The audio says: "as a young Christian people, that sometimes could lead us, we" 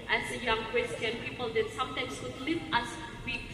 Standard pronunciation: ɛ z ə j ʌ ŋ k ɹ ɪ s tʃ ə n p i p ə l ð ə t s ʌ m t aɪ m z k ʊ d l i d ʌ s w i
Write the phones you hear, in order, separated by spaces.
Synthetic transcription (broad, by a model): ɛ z ə j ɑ ŋ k w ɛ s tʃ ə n p i p ə l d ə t s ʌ m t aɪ m s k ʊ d l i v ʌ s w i